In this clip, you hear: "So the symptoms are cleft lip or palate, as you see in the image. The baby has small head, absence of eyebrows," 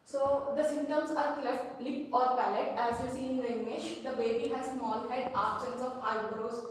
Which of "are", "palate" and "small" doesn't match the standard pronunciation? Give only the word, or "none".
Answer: none